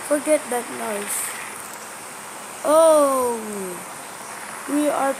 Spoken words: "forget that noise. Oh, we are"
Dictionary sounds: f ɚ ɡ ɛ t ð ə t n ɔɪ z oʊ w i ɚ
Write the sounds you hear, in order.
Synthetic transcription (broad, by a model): f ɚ ɡ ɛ t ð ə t n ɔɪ s oʊ w i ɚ